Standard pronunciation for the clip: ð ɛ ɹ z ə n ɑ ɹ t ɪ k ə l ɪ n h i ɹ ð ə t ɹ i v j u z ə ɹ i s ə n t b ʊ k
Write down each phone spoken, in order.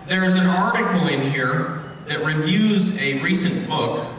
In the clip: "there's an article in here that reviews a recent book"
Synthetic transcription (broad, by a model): ð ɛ ɹ z ə n ɑ ɹ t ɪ k l ɪ n h i ɹ ð ə t ɹ i v j u z ə ɹ i s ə n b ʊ k